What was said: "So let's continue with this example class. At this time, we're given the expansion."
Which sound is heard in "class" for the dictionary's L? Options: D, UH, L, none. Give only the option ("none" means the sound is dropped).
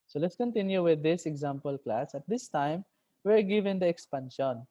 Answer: L